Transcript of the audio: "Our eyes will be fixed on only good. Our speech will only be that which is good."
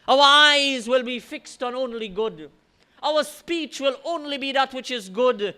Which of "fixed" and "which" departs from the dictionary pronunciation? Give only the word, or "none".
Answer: none